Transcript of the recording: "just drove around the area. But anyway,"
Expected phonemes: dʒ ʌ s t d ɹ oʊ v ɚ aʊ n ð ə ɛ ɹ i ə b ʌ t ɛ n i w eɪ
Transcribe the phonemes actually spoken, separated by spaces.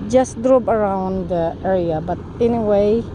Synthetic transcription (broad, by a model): dʒ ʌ s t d ɹ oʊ p ɚ aʊ n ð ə ɛ ɹ i ə b ʌ t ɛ n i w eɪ